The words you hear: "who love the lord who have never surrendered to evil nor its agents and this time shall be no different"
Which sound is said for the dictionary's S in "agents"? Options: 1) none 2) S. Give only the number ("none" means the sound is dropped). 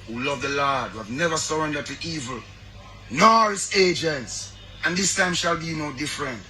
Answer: 2